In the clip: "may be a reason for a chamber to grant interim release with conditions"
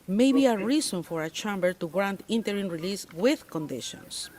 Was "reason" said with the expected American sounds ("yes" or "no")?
no